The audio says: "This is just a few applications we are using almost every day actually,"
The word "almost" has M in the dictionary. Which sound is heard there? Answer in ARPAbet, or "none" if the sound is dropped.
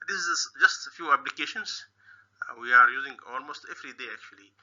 M